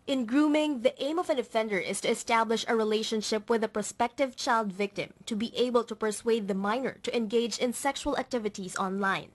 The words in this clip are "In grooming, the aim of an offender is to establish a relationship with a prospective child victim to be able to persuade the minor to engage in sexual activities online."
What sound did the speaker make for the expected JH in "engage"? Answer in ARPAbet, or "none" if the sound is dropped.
JH